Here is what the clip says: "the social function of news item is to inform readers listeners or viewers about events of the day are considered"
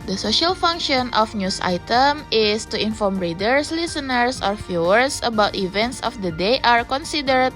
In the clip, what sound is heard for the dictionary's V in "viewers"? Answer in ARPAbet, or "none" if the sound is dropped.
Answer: F